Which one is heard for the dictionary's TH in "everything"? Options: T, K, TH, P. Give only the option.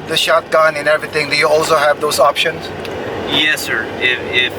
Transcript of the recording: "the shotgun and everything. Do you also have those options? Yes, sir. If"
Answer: T